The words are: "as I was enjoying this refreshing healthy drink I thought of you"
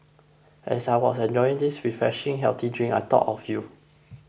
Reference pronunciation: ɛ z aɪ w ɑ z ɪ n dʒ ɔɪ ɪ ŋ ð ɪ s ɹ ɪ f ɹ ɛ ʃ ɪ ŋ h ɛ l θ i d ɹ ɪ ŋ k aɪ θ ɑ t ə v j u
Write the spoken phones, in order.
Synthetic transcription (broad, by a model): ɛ s aɪ w ɑ s ɪ n dʒ ɔɪ ɪ ŋ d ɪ s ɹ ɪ f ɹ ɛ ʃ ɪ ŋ h ɛ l t i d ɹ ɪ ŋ aɪ t ɑ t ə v j u